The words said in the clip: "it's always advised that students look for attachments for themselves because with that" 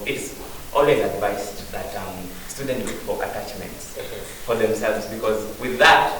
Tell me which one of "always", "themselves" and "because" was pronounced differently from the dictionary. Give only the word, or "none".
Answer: none